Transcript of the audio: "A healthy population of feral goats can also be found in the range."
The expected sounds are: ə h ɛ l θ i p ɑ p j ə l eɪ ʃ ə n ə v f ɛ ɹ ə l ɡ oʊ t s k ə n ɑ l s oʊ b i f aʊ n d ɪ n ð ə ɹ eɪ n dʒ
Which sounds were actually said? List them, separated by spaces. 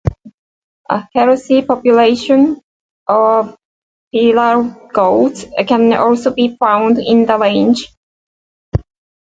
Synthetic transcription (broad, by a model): ə h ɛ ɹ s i p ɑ p j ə l eɪ ʃ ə n ə v p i l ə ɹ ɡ oʊ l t k ə n ɑ l s oʊ b i f aʊ n d ɪ n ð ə l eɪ n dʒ